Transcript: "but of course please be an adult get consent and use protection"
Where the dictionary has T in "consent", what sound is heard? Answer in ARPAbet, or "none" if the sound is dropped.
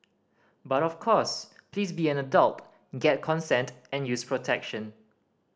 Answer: T